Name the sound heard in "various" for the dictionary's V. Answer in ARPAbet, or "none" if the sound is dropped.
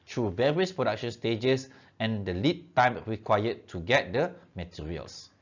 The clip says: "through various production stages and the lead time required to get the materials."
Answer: V